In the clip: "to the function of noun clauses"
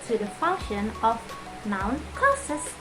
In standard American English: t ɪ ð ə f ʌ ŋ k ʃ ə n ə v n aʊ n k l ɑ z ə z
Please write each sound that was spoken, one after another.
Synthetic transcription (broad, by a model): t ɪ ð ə f ʌ ŋ k ʃ ə n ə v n aʊ n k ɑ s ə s